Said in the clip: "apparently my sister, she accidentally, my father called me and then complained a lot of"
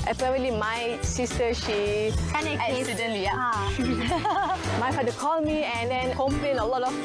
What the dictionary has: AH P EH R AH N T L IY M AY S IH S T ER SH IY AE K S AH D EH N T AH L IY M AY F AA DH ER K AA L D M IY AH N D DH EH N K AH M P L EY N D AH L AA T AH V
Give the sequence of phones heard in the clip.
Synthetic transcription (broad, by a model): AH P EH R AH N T L IY M AY S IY S T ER SH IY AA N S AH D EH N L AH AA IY M AY F AA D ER K AA L M IY AH N D EH N K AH M P L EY N AH L AA T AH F